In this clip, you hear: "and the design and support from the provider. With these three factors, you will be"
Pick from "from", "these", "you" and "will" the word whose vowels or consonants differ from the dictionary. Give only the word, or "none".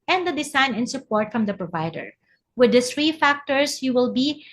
these